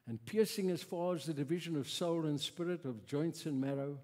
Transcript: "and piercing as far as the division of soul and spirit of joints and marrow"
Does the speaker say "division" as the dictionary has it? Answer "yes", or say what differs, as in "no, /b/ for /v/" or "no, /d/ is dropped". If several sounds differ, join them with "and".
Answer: yes